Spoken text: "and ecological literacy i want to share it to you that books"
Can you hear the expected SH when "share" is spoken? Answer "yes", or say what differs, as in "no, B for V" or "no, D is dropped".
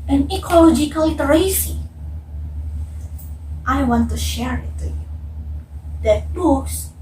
yes